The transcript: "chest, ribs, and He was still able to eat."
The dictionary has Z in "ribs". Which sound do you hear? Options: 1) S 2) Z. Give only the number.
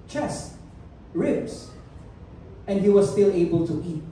1